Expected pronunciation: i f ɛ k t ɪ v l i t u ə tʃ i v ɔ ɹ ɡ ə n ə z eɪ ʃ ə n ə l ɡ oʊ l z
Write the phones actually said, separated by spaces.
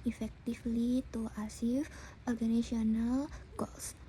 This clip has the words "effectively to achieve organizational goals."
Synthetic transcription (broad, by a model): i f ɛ k t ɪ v l i t u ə s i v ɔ ɹ ɡ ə n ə s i ə n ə l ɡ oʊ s